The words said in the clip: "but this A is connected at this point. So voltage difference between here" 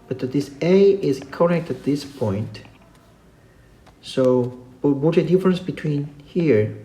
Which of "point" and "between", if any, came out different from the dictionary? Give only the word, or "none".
none